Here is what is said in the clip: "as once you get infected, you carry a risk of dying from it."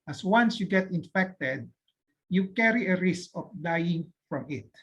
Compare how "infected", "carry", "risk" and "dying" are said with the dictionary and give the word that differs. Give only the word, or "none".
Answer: none